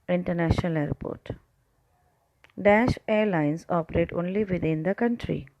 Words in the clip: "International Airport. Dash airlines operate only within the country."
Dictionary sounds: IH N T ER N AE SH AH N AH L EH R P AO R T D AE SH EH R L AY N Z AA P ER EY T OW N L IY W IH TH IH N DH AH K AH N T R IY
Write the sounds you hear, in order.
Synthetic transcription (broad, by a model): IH N T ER N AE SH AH N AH L EH R P AO R T D AE SH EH R L AY N S AA P ER EY T OW N L IY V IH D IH N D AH K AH N T R IY